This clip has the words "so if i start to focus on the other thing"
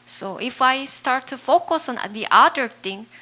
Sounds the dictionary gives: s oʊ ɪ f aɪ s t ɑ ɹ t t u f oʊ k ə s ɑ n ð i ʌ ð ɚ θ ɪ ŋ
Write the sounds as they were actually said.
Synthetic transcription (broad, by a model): s oʊ ɪ f aɪ s t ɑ ɹ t t u f oʊ k ə s ɑ n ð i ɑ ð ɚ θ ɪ ŋ